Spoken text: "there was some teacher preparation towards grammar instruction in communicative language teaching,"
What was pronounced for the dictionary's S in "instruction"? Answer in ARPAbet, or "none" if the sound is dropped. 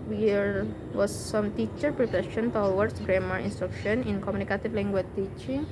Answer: S